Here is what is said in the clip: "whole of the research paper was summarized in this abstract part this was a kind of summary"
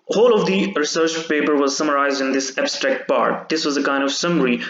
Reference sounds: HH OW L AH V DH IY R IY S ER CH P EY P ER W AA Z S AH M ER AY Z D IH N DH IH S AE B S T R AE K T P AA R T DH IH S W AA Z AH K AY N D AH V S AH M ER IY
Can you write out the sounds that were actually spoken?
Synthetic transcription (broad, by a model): HH OW L AH V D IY R IY S ER CH P EY P ER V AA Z S AH M ER AY Z D IH N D IH S AE B S T R AE K T P AA R T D IH S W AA Z AH K AY N D AH V S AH M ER IY